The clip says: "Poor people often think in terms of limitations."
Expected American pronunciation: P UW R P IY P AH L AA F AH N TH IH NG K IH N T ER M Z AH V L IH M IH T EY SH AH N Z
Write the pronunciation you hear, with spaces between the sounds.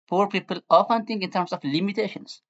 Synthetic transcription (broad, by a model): P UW R P IY P AH L AA F AH N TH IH NG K IH N T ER M S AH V L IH M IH T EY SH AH N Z